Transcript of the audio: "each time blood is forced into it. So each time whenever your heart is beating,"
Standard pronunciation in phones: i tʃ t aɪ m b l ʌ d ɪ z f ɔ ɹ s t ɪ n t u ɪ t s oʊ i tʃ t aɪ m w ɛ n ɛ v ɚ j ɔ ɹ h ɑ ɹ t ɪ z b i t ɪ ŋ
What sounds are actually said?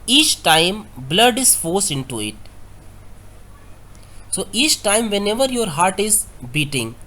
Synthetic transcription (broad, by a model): i tʃ t aɪ m b l ʌ d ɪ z f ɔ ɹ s ɪ n t u ɪ t s oʊ i tʃ t aɪ m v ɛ n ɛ v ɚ j ɔ ɹ h ɑ ɹ t ɪ z b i t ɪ ŋ